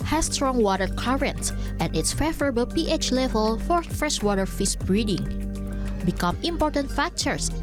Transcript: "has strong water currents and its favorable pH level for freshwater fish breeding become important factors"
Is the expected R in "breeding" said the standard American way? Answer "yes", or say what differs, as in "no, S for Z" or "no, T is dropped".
yes